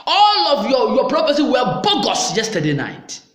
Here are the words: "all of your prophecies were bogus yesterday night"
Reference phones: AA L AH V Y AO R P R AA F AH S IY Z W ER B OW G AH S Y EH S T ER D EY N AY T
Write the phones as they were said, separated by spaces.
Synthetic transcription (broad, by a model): AA L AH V Y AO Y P R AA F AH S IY W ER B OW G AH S Y EH S T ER D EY N AY T